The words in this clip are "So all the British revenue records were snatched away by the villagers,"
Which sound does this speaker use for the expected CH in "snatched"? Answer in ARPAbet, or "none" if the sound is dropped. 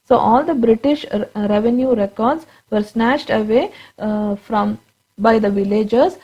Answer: SH